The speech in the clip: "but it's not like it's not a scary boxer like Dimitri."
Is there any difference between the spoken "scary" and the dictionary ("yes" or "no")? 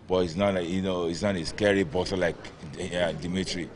no